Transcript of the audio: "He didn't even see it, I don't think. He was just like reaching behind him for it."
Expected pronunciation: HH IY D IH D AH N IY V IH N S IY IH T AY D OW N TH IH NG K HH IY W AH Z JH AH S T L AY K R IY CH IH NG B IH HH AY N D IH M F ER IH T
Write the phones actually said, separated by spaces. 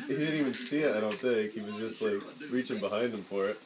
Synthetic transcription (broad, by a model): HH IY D IH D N IY V IH N S IY IH T AY D OW N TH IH K HH IY W AH Z JH AH S T L AY K R IY CH IH NG B IH HH AY N D IH M F ER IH T